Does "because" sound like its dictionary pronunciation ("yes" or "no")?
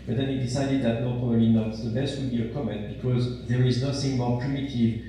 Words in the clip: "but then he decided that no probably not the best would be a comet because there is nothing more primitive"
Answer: yes